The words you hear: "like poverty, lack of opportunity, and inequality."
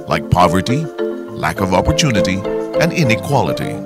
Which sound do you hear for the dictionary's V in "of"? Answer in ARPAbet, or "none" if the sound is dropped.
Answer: V